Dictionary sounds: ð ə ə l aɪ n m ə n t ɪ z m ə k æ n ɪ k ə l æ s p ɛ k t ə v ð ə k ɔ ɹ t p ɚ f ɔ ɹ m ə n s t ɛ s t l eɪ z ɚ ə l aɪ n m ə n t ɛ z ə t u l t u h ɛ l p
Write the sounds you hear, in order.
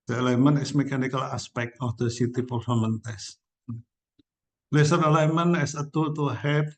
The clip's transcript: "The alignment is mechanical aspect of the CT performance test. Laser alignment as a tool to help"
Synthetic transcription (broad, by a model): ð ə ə l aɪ m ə n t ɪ s m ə k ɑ n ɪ k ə l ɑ s p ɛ k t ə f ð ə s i t p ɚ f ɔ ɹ m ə n t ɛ s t l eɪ s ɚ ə l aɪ m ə n ɛ s ə t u t u h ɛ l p